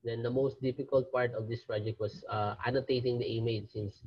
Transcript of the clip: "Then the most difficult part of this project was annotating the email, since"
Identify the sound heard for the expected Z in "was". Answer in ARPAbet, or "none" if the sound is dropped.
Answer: S